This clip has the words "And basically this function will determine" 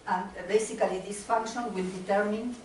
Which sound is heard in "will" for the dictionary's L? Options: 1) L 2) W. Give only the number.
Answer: 1